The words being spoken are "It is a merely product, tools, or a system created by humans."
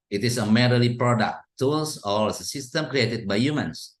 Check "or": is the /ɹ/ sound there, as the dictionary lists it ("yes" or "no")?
no